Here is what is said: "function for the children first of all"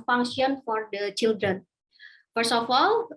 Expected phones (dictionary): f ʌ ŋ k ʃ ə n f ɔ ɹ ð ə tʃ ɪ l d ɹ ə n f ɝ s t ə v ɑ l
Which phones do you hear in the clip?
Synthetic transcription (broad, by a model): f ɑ ŋ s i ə n f ɔ ɹ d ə tʃ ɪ l d ɹ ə n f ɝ s ə f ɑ l